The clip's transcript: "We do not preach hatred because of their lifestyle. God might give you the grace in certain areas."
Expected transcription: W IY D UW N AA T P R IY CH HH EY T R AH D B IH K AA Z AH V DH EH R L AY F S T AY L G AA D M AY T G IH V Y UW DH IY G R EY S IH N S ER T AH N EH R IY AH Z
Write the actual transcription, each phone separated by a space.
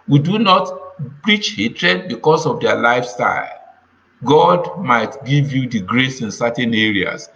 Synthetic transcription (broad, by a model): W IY D UW N AA T P R IY CH HH EY T R AH D B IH K AA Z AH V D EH L AY F S T AY L G AA D M AY T G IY V Y UW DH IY G R EY S IH N S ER T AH N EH R IY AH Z